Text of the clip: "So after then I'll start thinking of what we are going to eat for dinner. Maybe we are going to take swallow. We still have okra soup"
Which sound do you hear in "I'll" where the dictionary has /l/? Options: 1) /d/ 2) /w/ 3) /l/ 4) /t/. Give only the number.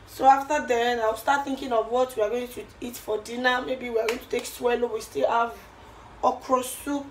2